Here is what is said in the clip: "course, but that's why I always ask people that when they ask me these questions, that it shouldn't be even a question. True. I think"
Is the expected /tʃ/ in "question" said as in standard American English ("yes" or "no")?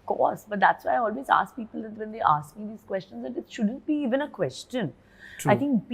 yes